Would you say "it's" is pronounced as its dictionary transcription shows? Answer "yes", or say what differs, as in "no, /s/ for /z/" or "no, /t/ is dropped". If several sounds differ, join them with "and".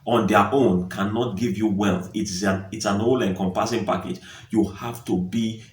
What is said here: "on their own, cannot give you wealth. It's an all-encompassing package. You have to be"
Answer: yes